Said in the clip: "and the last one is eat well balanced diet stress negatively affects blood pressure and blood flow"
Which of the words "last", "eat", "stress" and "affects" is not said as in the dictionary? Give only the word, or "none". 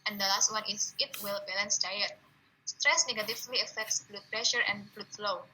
none